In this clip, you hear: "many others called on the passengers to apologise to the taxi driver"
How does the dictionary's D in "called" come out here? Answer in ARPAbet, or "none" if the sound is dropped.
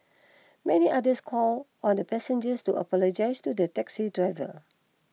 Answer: none